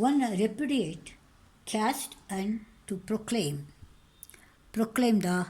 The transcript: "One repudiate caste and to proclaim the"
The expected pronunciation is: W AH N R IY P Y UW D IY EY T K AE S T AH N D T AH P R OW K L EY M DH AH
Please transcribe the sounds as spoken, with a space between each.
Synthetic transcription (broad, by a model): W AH N R IY P Y UW D IY EY T K AE S T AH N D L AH P R OW K L EY M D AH